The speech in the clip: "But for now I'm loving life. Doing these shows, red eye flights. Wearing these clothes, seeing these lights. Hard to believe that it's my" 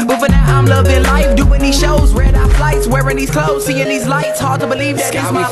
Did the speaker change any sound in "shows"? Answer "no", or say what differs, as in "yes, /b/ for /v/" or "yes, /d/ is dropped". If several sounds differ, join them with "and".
no